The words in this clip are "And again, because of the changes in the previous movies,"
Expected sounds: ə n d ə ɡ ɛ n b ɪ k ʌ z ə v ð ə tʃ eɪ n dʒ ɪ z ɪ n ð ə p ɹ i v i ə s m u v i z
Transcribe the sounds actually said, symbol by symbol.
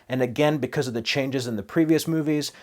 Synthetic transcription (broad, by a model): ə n ə ɡ ɛ n b ɪ k ʌ z ə v ð ə tʃ eɪ n dʒ ɪ z ɪ n ð ə p ɹ i v i ə s m u v i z